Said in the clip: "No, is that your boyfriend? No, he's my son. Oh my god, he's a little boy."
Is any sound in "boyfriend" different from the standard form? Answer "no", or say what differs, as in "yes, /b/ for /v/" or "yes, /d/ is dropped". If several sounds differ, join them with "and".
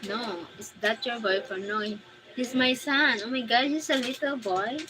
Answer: yes, /ɹ/ is dropped